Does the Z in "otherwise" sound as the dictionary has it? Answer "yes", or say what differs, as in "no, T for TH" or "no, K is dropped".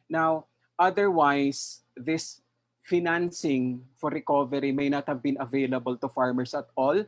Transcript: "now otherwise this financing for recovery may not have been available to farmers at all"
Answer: no, S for Z